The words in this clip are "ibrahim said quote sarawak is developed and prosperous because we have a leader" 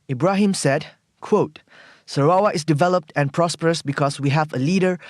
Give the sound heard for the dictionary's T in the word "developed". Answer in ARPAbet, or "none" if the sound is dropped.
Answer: T